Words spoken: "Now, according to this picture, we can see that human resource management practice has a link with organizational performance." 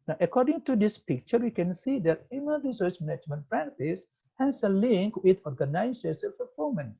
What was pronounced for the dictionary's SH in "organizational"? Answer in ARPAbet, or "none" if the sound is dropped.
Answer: S